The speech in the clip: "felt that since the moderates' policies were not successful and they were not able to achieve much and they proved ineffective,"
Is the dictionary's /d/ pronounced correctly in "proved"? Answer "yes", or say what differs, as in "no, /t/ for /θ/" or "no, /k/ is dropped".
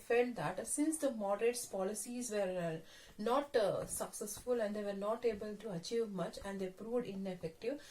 yes